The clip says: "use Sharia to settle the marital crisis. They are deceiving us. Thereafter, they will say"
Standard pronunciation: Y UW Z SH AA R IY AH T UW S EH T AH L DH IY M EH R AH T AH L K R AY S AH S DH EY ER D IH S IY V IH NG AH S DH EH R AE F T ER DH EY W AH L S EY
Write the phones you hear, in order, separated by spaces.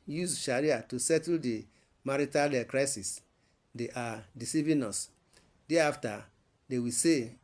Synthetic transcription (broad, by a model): Y UW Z SH AA R IY AH T UW S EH T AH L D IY M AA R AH T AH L K R AY S AH S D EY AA D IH S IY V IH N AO S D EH AA F T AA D EY W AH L S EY